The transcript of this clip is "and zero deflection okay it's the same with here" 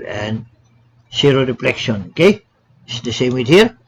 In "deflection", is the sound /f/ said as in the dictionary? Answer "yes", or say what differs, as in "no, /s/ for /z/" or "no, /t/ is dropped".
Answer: no, /p/ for /f/